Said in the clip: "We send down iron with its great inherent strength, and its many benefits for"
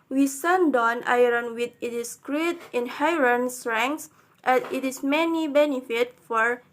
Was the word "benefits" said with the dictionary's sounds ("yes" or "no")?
no